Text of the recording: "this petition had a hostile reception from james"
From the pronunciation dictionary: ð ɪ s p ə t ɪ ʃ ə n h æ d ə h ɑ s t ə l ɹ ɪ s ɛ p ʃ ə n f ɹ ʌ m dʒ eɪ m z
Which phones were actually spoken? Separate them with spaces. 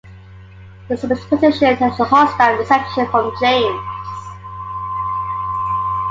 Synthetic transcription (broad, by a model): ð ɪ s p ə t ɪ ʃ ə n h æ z ə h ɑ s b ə n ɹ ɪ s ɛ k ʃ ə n f ɹ ʌ m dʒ eɪ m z